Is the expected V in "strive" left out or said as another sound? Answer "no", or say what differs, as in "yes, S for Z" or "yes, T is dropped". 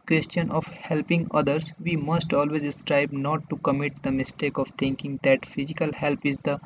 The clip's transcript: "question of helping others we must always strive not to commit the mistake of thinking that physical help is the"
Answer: yes, B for V